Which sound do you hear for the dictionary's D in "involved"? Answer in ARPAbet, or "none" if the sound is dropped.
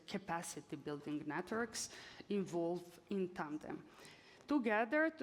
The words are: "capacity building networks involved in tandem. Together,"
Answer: none